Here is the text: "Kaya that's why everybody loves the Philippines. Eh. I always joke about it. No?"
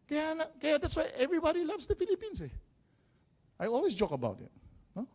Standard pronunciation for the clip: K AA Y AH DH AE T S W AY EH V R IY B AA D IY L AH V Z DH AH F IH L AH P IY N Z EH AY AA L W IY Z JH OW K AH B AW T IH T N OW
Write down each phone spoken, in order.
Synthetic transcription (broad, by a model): K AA Y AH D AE T S W AY EH V R IY B AA D IY L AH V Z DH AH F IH L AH P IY N S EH AY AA L W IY S JH OW K AH B AW T IH T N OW